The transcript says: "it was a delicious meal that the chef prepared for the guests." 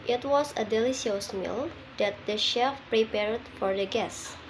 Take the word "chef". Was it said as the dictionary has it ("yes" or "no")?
yes